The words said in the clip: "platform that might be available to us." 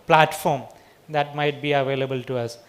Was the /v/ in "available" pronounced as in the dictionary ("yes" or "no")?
yes